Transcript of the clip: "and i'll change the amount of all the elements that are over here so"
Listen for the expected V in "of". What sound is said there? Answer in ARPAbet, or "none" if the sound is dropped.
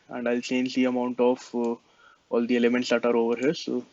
F